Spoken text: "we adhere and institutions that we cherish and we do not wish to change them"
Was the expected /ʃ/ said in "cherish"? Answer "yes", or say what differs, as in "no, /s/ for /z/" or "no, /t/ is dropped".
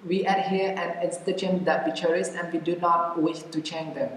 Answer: no, /s/ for /ʃ/